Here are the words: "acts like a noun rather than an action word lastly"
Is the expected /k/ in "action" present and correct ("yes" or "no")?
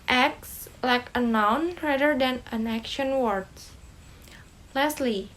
yes